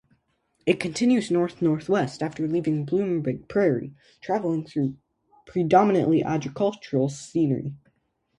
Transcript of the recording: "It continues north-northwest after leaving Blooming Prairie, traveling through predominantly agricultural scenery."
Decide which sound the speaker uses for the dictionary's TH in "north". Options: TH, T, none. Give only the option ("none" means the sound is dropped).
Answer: TH